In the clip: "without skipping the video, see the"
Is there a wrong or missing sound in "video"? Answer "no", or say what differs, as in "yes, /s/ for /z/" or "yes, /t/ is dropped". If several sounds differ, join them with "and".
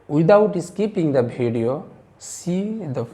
yes, /b/ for /v/